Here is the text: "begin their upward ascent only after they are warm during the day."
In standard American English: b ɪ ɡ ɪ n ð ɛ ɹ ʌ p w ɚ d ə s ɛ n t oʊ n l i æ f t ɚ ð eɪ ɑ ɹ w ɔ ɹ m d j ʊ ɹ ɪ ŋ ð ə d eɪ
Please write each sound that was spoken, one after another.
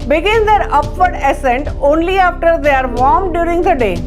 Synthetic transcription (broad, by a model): b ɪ ɡ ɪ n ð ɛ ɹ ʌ p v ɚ d ə s ɛ n t oʊ n l i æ f t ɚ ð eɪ ɑ ɹ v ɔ ɹ m d j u ɹ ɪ ŋ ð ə d eɪ